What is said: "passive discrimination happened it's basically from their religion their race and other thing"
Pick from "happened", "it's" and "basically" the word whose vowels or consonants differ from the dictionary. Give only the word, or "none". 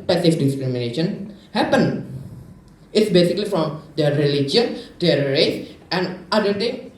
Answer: happened